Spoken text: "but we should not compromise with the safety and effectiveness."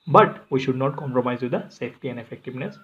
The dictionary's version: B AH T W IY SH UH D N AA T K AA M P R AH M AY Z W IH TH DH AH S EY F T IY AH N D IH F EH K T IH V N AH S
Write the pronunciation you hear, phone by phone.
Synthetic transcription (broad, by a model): B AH T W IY SH UH D N AA T K AA M P R AH M AY Z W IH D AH S EY F T IY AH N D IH F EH K T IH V N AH S